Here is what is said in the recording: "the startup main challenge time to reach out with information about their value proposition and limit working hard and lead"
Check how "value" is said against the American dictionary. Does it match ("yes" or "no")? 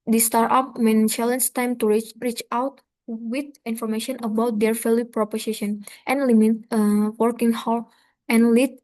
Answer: no